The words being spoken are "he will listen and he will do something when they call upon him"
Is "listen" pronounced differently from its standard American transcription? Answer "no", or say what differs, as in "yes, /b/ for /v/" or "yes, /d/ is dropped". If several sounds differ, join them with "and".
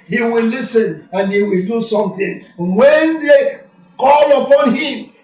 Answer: no